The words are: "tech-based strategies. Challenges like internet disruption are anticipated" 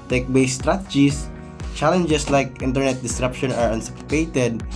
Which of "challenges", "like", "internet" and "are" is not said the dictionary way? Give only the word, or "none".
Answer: challenges